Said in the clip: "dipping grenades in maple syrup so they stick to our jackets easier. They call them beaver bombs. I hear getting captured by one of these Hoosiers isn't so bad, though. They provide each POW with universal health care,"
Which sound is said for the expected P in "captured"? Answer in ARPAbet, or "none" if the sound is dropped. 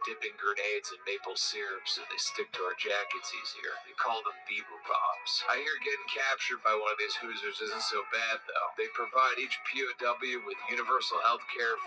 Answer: P